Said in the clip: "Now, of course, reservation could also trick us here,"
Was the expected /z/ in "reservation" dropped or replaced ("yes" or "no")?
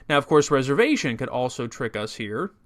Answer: no